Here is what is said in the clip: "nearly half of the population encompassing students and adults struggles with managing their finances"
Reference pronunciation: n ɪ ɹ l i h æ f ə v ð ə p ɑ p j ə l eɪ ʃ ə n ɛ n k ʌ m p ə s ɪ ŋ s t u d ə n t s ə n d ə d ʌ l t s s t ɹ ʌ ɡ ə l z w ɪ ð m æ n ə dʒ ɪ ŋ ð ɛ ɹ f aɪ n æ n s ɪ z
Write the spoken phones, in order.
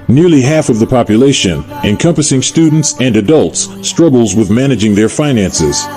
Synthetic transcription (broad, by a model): n ɪ ɹ l i h æ f ə v ð ə p ɑ p j ə l eɪ ʃ ə n ɛ n k ʌ m p ə s ɪ ŋ s t u d n t s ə n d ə d ʌ l t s s t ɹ ʌ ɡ l z w ɪ ð m æ n ə dʒ ɪ ŋ ð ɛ ɹ f aɪ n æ n s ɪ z